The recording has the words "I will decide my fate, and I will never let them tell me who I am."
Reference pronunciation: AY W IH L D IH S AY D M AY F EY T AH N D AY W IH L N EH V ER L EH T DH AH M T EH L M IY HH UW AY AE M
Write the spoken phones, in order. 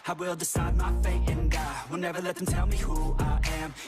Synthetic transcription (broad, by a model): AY W IH L D IH S AY D M AY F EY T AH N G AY W IH L N EH V ER L EH T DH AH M T EH L M IY HH UW AY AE M